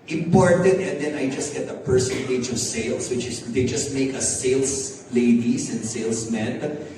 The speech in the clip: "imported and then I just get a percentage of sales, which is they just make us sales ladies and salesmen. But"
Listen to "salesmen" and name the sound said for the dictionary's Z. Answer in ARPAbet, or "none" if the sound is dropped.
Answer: S